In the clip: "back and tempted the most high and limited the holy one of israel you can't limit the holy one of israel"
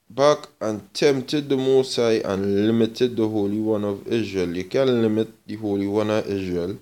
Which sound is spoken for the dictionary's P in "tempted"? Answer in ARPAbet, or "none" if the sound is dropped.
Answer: none